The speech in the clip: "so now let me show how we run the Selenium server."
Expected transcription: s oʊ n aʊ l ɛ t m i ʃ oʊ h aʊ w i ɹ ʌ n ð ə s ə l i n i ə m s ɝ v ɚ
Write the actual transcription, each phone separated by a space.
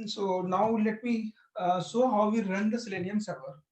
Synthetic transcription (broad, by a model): s oʊ n aʊ l ɛ t m i s oʊ h aʊ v i ɹ ʌ n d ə s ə l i n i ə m s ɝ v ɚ